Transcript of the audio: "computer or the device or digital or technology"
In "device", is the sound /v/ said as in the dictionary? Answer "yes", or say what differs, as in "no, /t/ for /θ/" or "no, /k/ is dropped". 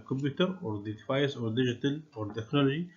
no, /f/ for /v/